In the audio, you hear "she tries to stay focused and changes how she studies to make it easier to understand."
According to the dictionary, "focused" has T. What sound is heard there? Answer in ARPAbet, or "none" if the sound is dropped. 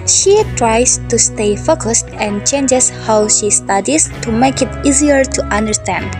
T